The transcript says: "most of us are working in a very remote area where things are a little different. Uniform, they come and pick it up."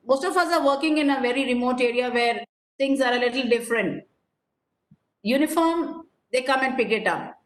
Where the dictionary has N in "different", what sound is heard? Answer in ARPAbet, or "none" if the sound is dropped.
N